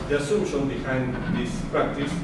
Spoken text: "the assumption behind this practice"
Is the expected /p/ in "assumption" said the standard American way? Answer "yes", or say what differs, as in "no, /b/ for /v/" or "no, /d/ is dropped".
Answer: no, /p/ is dropped